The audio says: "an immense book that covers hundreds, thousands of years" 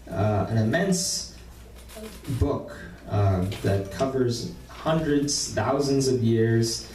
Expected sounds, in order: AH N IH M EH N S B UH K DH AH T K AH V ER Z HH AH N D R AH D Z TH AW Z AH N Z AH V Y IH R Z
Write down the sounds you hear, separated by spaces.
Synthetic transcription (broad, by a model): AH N IH M EH N S B UH K DH AH T K AH V ER Z HH AH N D R AH D Z TH AW Z AH N Z AH V Y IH R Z